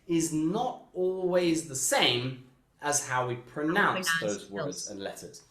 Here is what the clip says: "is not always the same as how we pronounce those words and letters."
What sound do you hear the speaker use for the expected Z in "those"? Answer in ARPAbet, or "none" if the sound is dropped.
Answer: Z